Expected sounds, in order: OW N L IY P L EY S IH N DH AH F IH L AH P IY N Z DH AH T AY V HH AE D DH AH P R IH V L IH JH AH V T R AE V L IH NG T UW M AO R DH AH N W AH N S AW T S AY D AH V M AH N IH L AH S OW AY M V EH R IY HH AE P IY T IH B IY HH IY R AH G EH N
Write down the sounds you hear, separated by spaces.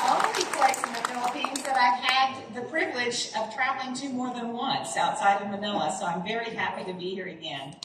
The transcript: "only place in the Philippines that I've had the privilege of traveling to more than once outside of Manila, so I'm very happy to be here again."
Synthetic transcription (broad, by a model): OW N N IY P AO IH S IH N DH AH F IH L AH P IY N Z DH AH T AY V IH D DH AH P R IH V L IH JH AH V T R AE V L IH NG T UW M AO R DH AH N W AH N S AW T S AY D AH V M AH N IH L AH S OW AY M V EH R IY HH AE P IY T IH B IY HH IY R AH G EH N